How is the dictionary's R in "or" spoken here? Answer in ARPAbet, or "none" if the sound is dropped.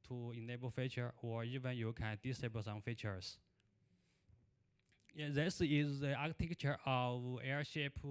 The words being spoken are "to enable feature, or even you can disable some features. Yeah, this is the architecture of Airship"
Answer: R